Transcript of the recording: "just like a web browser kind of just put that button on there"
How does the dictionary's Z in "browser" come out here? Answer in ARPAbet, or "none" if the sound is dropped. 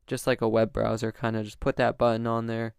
Z